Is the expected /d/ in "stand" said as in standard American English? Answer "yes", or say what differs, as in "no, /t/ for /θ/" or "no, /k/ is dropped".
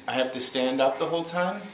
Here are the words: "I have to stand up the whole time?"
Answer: yes